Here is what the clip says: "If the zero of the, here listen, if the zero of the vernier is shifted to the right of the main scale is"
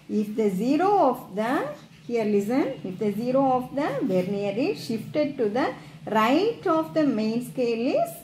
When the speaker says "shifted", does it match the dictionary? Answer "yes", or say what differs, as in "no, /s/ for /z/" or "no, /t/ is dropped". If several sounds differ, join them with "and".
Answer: yes